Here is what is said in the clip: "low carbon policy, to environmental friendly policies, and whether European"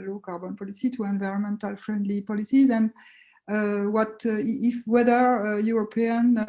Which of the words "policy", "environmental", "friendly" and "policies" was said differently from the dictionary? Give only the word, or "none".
none